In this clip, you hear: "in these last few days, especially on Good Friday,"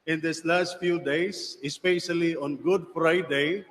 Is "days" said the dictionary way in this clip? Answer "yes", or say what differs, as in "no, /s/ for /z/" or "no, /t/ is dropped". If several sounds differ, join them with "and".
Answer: no, /s/ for /z/